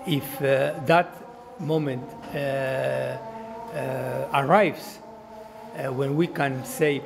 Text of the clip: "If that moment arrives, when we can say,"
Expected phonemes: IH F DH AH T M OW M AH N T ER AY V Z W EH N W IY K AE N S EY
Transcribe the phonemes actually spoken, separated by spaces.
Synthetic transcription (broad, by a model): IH F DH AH T M OW M AH N T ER AY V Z W EH N W IY K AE N S EY